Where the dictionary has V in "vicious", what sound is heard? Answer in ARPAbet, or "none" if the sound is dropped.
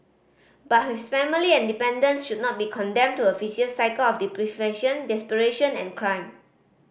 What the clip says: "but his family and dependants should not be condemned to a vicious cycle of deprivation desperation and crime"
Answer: F